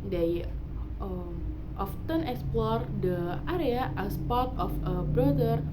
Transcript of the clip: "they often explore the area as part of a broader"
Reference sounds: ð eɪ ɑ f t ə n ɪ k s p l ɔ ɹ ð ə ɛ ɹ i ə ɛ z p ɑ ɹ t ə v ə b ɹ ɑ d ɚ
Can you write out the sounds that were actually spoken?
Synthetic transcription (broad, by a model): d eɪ ɑ f t ə n ɪ k s p l ɔ ɹ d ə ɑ ɹ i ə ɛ s p ɑ ɹ t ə f ə b ɹ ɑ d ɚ